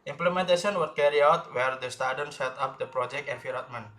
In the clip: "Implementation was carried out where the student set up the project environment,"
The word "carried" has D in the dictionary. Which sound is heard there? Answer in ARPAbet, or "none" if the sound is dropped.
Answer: none